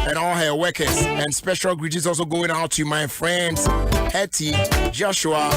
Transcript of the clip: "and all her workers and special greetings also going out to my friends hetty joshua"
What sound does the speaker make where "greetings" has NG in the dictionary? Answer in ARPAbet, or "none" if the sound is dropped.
none